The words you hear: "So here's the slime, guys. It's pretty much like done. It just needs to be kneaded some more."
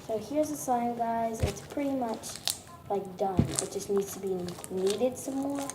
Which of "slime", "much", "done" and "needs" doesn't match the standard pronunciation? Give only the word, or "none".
slime